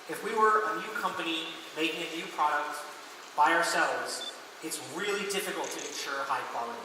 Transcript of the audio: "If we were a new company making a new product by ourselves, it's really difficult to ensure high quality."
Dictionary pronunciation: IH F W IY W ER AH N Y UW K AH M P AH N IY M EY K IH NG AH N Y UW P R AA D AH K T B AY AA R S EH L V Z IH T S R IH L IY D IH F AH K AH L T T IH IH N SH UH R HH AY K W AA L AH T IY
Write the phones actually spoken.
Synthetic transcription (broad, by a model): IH F W IY W ER AH N Y UW K AH M P AH N IY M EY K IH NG AH N Y UW P R AA D AH K T B AY AA R S EH L V Z IH T S R IH L IY D IH F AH K L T T IH IH N SH UH R HH AY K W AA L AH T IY